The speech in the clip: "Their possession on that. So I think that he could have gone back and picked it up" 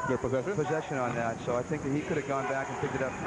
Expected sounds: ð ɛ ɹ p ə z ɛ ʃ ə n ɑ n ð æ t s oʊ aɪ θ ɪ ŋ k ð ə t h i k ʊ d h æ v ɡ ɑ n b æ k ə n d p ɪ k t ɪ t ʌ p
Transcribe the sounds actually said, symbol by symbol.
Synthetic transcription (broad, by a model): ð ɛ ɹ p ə z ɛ ʃ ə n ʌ n ð æ t s oʊ aɪ θ ɪ ŋ k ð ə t h i k ʊ d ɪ v ɡ ɑ n b æ k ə n p ɪ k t ɪ t ʌ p